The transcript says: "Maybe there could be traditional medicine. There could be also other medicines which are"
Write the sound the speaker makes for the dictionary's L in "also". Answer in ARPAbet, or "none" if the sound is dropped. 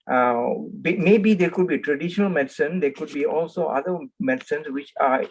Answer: L